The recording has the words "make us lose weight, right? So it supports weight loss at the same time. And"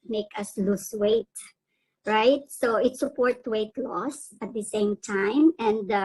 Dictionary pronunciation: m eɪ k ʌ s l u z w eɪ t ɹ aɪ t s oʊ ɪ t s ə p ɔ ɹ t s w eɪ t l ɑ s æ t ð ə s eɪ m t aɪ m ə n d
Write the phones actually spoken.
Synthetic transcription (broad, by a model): m eɪ k ʌ s l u s w eɪ t ɹ aɪ t s oʊ ɪ t s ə p ɔ ɹ t w eɪ t l ɑ s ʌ t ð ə s eɪ m t aɪ m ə n d